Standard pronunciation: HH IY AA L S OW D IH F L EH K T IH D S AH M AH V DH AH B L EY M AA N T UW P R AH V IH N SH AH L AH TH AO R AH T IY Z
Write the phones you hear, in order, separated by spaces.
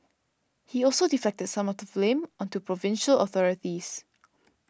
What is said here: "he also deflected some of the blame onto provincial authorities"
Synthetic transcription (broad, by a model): HH IY AA L S OW D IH F EH K T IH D S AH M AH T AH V L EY M AA N T UW P R AH V IH N SH AH L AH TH AO R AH T IY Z